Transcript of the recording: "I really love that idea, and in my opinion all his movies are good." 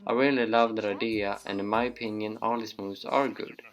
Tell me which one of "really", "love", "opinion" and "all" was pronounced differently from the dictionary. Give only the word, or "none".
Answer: really